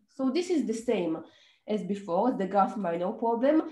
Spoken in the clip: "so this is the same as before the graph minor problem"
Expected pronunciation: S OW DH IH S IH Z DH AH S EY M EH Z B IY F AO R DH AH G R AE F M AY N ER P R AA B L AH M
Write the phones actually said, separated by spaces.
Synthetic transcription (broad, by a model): S OW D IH S IH Z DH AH S EY M EH Z B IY F AO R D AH G AA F M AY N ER P R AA B L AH M